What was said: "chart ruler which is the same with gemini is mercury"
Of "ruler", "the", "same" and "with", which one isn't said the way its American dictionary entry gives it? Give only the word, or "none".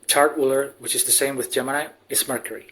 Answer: ruler